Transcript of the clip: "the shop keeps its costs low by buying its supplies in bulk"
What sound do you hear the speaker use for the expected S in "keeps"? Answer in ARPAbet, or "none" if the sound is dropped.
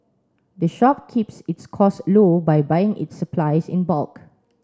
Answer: S